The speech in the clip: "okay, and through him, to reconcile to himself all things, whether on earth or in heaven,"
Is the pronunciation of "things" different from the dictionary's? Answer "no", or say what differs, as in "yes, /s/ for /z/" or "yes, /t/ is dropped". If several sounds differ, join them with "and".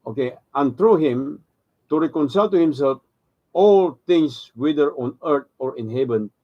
yes, /t/ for /θ/ and /s/ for /z/